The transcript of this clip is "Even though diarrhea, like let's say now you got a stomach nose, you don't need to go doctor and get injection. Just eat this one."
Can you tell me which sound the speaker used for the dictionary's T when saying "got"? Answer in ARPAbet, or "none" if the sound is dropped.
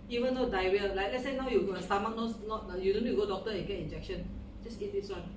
none